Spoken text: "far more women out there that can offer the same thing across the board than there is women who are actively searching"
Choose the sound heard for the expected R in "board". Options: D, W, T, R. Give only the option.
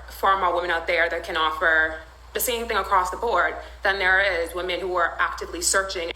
R